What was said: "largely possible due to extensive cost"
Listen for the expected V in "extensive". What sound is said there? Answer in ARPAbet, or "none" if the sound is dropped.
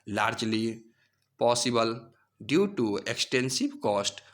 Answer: B